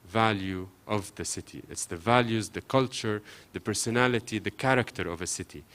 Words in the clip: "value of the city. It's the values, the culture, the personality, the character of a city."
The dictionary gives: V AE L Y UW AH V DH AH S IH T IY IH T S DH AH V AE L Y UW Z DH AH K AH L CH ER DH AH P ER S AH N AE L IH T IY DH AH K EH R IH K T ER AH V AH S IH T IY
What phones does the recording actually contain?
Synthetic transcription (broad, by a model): V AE L Y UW AH V DH AH S IH T IY IH T S DH AH V AE L Y UW Z DH AH K AH L CH ER DH AH P ER S AH N AE L IH T IY DH AH K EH R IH K T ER AH V AH S IH T IY